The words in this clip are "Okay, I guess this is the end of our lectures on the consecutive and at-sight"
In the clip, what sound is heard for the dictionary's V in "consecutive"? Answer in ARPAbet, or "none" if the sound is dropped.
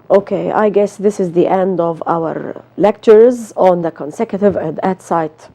V